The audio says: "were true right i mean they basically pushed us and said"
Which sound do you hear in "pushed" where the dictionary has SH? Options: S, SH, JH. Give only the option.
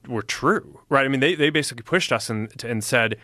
SH